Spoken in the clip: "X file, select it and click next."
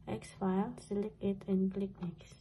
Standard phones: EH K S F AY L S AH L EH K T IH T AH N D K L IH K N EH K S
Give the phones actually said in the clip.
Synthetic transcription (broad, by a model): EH K S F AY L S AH L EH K IH T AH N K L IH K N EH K S